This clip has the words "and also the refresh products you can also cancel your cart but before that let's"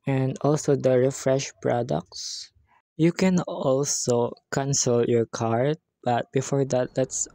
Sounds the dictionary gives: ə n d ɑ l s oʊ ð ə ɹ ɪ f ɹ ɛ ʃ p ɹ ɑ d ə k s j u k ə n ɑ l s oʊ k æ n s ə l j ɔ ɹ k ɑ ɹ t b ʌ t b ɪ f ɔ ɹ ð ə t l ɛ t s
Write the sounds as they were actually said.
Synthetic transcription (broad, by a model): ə n d ɑ l s oʊ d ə ɹ ɪ f ɹ ɛ ʃ p ɹ ɑ d ə k s j u k ə n ɑ l s oʊ k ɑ n s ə l j ɔ ɹ k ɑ ɹ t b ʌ t b ɪ f ɔ ɹ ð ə t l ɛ t s